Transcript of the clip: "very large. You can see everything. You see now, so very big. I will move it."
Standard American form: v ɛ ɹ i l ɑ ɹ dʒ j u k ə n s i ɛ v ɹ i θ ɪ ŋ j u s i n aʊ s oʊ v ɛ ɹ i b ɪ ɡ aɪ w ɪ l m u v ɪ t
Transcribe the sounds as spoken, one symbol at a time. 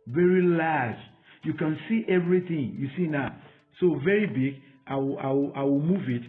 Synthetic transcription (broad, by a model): v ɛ ɹ i l ɑ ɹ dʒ j u k ə n s i ɛ v ɹ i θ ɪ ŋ j u s i n aʊ s oʊ v ɛ ɹ i b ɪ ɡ aɪ w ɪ w m u v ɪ t